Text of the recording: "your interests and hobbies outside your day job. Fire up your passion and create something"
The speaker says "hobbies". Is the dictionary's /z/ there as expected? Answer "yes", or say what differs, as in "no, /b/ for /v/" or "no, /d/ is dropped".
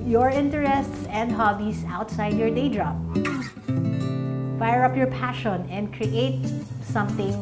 no, /s/ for /z/